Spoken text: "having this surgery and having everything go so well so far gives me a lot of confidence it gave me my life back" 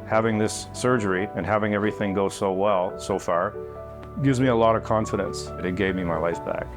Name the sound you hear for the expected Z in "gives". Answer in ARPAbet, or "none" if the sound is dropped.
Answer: Z